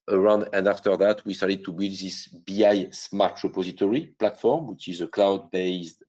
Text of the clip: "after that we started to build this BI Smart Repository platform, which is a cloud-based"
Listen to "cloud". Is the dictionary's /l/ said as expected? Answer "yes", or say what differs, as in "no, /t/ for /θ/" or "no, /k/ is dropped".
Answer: yes